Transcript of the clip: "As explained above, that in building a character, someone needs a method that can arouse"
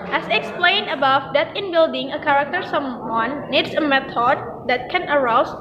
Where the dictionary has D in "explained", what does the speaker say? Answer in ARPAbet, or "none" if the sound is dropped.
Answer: none